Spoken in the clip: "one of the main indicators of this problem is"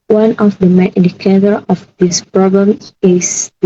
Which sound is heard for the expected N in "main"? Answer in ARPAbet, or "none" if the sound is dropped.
none